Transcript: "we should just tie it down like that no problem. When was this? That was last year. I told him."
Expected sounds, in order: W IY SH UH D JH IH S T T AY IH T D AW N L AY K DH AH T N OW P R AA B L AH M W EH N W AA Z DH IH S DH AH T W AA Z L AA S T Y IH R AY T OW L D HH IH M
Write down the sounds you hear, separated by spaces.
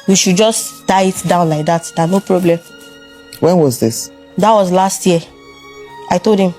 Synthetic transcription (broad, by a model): W IY SH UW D JH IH S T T AY IH T D AW N L AY K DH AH T N OW P R AA B L AH M W EH N W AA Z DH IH S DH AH T W AA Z L AA S T Y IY AY T OW L D HH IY M